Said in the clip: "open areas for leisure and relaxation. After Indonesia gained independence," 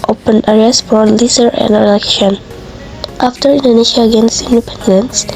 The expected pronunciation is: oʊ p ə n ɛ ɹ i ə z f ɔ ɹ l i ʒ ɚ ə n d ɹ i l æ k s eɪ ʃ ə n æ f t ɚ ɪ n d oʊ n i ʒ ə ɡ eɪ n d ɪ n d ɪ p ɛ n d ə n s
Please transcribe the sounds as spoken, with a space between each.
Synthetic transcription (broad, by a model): oʊ p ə n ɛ ɹ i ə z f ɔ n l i z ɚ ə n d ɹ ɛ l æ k eɪ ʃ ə n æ f t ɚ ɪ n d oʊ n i ʃ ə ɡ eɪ n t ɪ n d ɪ p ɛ n d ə n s